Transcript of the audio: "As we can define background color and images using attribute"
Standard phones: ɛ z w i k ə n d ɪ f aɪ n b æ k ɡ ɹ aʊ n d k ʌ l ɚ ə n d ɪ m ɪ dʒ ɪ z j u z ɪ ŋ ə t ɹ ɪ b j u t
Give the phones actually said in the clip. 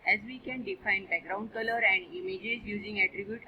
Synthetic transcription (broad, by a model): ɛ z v i k ə n d ɪ f aɪ n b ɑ ɡ ɹ aʊ n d k ʌ l ɚ ə n d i m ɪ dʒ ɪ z j u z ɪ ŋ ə t ɹ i b j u t